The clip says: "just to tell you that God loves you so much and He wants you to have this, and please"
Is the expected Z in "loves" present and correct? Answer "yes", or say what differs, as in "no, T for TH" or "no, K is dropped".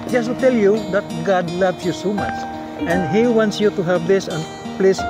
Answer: no, S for Z